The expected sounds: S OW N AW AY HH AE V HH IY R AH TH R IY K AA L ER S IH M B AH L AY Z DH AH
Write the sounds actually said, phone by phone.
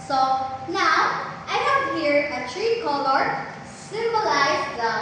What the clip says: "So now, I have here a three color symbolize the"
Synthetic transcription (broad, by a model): S OW N AW AY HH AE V HH IY R AH T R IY K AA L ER S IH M B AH L AY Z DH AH